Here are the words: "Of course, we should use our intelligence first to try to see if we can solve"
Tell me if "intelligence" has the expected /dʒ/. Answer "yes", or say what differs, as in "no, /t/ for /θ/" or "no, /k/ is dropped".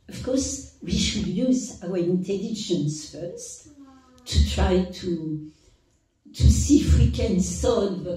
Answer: no, /ʃ/ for /dʒ/